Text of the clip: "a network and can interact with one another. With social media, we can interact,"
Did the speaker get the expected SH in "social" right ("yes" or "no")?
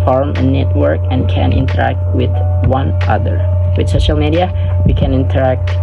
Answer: yes